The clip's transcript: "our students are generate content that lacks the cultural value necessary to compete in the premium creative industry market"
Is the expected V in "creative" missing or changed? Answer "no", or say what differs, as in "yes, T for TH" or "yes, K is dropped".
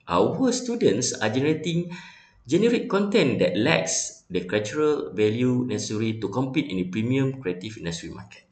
yes, F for V